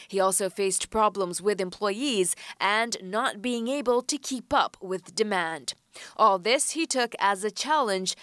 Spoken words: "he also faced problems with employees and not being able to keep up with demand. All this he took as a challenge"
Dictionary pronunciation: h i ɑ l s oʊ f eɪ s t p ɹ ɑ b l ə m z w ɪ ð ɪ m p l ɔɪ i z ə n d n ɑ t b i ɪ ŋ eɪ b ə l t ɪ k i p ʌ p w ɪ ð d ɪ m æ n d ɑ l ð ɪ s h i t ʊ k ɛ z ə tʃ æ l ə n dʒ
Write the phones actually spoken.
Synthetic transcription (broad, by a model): h i ɑ l s oʊ f eɪ s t p ɹ ɑ b l ə m z w ɪ ð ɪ m p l ɔɪ i z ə n n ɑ t b i ɪ ŋ eɪ b ə l t ɪ k i p ʌ p w ɪ ð d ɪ m æ n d ɑ l ð ɪ s h i t ʊ k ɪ z ə tʃ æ l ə n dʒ